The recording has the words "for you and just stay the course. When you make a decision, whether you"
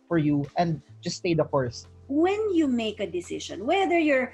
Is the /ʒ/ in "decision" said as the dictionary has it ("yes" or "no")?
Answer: no